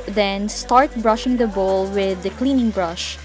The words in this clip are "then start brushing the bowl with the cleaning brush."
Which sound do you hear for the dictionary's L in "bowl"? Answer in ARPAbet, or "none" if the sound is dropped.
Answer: L